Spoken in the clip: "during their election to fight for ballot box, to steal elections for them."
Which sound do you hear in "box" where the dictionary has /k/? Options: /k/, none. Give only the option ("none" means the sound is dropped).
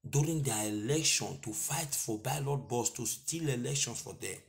none